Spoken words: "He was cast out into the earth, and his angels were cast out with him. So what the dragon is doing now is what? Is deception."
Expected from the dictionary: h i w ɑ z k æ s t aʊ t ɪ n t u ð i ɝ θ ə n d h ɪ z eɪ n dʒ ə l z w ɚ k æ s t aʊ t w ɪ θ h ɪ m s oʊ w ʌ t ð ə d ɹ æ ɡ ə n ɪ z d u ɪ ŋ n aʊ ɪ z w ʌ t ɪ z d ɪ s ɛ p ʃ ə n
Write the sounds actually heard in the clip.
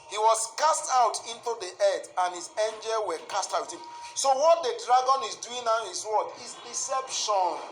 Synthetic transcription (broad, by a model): h i w ɑ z k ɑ s t aʊ t ɪ n t u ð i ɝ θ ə n h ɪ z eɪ n dʒ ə l w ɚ k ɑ s t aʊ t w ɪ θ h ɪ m s oʊ w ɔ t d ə d ɹ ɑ ɡ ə n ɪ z d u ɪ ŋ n aʊ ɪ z w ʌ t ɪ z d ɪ s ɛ p ʃ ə n